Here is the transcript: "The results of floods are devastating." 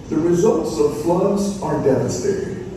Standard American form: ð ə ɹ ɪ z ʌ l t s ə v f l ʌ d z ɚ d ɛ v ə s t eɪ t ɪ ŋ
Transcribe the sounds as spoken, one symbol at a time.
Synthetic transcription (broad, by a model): ð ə ɹ ɪ z ʌ l t s ə v f l ʌ d z ɚ d ɛ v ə s t eɪ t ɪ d